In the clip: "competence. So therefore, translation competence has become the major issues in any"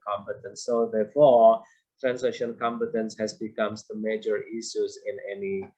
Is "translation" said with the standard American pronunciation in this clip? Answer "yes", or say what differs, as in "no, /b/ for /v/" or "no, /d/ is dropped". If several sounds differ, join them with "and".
no, /l/ is dropped